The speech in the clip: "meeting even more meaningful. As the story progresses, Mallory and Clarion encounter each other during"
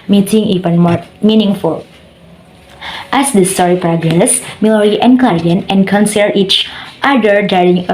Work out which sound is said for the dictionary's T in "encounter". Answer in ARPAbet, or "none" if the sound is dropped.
S